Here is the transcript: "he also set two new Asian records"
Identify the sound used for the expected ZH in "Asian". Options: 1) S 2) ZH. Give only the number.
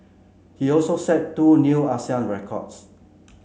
1